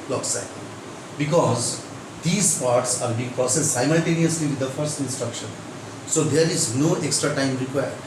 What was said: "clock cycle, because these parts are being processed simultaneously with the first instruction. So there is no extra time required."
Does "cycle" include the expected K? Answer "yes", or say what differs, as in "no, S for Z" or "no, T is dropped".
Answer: no, K is dropped